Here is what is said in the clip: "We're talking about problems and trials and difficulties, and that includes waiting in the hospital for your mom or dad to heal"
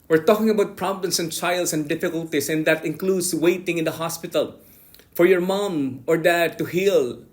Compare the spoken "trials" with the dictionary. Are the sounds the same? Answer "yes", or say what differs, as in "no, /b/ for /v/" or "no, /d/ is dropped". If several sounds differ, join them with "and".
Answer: no, /s/ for /z/